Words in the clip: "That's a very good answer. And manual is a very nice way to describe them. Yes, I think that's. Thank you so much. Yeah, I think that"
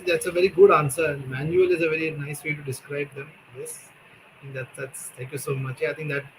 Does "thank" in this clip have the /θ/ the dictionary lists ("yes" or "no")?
no